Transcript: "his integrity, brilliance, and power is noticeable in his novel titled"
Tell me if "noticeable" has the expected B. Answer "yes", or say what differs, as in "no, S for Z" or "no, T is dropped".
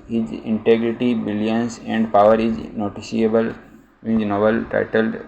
no, B is dropped